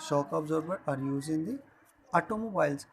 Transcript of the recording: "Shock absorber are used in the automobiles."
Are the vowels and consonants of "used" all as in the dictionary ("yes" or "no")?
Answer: no